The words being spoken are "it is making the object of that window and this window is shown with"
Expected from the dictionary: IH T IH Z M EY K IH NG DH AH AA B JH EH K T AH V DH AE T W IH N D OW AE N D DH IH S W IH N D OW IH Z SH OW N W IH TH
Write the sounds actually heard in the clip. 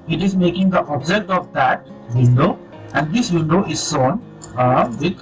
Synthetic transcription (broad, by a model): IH T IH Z M EY K IH NG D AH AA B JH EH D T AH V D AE T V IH N D OW AE N D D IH S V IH N D OW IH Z S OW N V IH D